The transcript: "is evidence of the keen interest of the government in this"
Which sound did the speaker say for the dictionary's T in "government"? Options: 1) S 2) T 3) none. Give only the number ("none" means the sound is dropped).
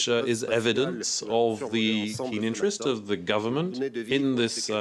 2